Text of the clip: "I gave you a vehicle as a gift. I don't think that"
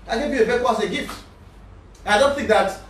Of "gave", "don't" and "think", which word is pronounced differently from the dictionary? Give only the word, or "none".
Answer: none